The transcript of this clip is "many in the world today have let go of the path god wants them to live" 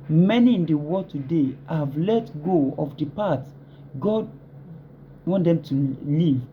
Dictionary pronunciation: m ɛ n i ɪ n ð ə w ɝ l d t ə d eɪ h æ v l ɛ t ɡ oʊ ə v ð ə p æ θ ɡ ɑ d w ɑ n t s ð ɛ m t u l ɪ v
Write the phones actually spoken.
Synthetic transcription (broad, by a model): m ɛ n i ɪ n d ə w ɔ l t ə d eɪ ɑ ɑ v l ɛ t ɡ oʊ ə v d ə p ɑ t ɡ ɑ d w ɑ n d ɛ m t u l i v